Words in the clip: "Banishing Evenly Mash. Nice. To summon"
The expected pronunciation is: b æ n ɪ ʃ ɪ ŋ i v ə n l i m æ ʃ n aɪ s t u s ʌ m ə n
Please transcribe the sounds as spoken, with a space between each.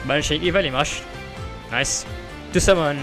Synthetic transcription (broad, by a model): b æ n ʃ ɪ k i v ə l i m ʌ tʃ n aɪ s t u s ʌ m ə n